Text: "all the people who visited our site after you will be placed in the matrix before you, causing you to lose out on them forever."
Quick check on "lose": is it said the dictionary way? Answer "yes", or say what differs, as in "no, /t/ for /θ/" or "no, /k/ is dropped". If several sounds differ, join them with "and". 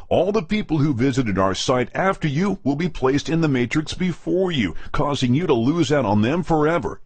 yes